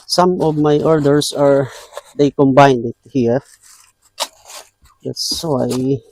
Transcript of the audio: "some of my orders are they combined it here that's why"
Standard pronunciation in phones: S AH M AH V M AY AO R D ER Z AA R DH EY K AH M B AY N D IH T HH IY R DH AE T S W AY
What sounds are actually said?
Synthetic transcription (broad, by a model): S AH M AH V M AY AO R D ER S AA R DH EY K AH M B AY N D IH T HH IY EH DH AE T S W AY